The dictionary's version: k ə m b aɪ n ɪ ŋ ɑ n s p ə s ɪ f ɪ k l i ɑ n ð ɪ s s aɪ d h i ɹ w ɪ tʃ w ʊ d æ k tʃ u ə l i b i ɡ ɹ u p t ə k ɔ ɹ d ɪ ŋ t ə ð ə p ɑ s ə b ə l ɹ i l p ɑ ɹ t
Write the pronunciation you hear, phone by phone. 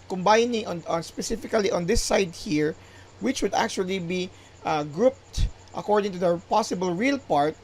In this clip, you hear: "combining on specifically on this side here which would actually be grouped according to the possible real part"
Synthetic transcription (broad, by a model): k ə m b aɪ n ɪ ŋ ɑ n s p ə s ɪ f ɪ k l i ɑ n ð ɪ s s aɪ d h i ɹ w ɪ tʃ w ʊ d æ k tʃ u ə l i b i ɡ ɹ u p t ə k ɔ ɹ d ɪ ŋ t ə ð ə p ɑ s ə b ə l ɹ i l p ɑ ɹ t